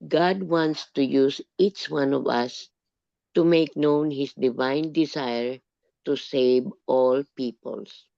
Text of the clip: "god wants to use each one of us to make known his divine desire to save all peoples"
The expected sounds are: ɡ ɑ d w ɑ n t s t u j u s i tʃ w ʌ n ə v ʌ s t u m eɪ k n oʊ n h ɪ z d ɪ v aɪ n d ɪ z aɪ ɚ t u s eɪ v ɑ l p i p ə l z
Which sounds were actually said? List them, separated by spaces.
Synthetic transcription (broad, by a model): ɡ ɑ d w ɑ n t s t u j u s i tʃ w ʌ n ə v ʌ s t u m eɪ k n oʊ n h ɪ s d ɪ v aɪ n d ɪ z aɪ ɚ t u s eɪ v ɑ l p i p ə l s